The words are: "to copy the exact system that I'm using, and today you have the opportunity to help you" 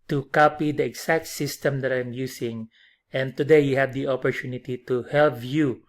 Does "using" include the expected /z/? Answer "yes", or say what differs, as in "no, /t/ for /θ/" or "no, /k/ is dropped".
no, /s/ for /z/